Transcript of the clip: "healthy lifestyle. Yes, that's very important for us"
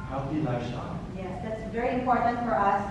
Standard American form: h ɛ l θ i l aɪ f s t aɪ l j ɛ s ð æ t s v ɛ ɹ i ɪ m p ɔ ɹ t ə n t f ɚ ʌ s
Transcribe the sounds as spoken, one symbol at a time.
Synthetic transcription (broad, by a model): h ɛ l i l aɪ s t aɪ j ɛ s ð æ t s v ɛ ɹ i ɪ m p ɔ ɹ t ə n t f ɚ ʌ s